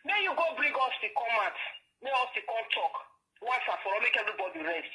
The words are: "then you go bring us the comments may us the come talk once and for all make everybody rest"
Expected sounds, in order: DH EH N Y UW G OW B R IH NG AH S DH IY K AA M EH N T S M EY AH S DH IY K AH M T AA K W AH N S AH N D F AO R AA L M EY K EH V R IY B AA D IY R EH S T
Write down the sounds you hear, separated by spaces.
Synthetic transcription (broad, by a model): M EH Y UW G OW B R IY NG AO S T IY K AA M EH T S M EY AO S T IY K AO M T AA K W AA S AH F AO R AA M EY K EH V R IY B AA D IY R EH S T